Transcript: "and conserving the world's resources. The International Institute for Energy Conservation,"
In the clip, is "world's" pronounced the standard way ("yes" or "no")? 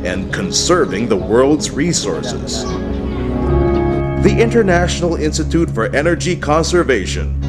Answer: yes